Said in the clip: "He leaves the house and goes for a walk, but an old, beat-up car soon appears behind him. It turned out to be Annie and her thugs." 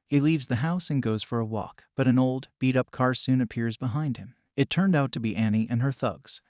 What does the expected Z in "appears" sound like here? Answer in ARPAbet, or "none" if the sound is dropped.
Z